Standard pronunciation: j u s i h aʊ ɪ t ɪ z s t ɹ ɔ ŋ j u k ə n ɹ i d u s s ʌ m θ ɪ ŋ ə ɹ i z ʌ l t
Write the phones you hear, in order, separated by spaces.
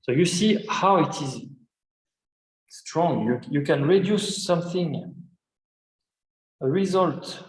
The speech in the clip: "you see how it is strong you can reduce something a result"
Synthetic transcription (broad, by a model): j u s i h aʊ ɪ t ɪ z s t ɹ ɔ ŋ j u k ə n ɹ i d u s s ʌ m θ ɪ ŋ ə ɹ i z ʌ l t